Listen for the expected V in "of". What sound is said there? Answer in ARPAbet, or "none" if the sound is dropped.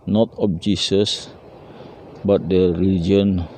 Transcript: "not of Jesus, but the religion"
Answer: P